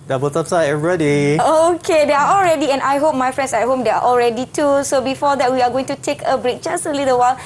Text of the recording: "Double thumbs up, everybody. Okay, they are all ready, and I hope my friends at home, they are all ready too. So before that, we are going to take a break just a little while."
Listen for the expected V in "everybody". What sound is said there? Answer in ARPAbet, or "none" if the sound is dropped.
none